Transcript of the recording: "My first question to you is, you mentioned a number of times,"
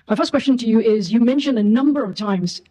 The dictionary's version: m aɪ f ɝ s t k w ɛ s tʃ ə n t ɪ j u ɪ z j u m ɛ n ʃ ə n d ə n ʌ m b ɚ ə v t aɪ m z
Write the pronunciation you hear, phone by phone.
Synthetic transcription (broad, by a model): m aɪ f ɝ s k w ɛ s tʃ ə n t ɪ j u ɪ z j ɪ m ɛ n ʃ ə n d ə n ʌ m b ɚ ə v t aɪ m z